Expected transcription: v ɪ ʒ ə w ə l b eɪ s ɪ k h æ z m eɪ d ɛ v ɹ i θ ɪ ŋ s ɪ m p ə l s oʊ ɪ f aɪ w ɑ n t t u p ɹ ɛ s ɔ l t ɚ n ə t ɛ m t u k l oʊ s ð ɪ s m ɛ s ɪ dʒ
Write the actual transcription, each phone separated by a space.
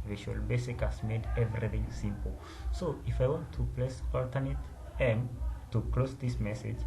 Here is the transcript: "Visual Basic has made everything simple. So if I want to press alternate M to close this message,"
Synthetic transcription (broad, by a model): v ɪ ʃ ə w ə l b eɪ s ɪ k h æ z m eɪ d ɛ v ɹ i θ ɪ ŋ s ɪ m p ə l s oʊ ɪ f aɪ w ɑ n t t u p l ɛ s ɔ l t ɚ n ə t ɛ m t u k l oʊ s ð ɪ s m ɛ s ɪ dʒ